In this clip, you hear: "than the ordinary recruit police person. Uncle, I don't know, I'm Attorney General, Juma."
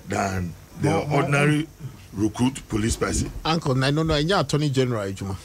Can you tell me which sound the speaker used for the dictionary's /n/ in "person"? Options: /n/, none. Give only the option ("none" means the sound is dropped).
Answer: none